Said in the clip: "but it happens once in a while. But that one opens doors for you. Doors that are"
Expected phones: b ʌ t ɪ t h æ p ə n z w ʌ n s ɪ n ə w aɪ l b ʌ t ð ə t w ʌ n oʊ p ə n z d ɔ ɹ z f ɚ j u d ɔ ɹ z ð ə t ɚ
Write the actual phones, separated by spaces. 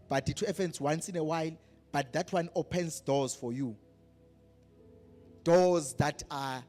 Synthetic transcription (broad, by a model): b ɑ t ɪ t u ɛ f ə n s w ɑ n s ɪ n ə w aɪ l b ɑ t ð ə t w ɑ n oʊ p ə n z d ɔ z f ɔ j u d ɔ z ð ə t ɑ